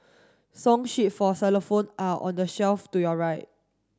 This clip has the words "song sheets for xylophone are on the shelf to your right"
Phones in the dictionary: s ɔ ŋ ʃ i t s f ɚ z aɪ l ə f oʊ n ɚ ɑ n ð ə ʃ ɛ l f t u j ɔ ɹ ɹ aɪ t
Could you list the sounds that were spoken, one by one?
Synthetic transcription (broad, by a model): s ɔ ŋ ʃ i t f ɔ s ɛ l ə f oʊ n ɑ ɑ n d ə ʃ ɛ l f t u j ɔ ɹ ɹ aɪ t